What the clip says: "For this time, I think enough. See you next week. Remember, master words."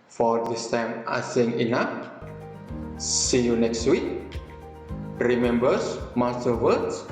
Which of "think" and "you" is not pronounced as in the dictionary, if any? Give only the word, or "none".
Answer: think